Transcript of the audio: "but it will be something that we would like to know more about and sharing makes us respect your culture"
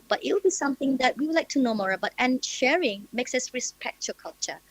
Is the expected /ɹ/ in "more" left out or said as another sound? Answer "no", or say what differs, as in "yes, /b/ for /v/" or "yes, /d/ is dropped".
no